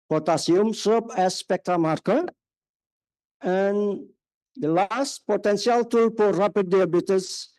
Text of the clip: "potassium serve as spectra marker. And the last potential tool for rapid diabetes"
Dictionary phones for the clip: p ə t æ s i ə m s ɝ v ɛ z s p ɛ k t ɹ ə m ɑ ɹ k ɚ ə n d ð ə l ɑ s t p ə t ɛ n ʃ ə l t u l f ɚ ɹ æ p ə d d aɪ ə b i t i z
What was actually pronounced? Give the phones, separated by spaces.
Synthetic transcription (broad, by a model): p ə t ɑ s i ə m s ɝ p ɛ s p ɛ k t ɹ ə m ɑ ɹ k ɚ ə n d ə l ɑ s t p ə t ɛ n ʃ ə l t u l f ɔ ɹ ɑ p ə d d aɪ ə b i t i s